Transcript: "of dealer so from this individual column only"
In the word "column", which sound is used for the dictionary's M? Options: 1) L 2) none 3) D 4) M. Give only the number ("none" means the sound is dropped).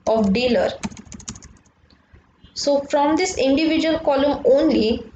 4